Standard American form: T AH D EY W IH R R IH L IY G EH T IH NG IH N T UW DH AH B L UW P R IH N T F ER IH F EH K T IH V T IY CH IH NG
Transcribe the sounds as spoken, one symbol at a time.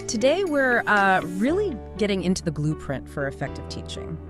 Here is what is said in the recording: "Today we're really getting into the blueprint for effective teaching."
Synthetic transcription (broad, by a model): T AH D EY W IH R R IH L IY G EH T IH NG IH N T UW DH AH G L UW P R IH N T F ER IH F EH K T IH V T IY CH IH NG